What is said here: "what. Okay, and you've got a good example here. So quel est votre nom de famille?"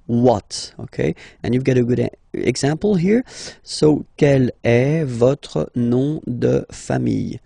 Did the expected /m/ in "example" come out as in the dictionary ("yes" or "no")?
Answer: no